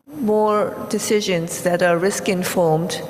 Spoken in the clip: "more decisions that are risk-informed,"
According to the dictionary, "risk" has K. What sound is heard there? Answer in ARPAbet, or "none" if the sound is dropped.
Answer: K